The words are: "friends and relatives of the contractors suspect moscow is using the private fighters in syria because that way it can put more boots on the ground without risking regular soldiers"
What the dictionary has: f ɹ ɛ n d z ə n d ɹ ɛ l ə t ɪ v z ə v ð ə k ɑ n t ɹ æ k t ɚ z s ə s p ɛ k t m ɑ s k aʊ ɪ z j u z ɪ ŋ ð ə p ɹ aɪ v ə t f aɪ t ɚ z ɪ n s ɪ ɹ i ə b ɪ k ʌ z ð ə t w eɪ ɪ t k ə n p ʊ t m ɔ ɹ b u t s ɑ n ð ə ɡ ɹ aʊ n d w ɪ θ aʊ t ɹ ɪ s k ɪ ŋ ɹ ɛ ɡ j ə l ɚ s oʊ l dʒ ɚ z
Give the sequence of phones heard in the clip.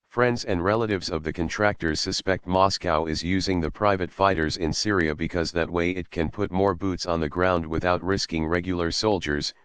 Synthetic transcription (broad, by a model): f ɹ ɛ n d z ə n d ɹ ɛ l ə t ɪ v z ə v ð ə k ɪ n t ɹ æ k t ɚ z s ə s p ɛ k t m ɑ s k aʊ ɪ z j u z ɪ ŋ ð ə p ɹ aɪ v ə t f aɪ t ɚ z ɪ n s ɪ ɹ i ə b ɪ k ʌ z ð ə t w eɪ ɪ t k ə n p ʊ t m ɔ ɹ b u t s n ð ə ɡ ɹ aʊ n d w ɪ θ aʊ t ɹ ɪ s k ɪ ŋ ɹ ɛ ɡ j l ɚ s oʊ l dʒ ɚ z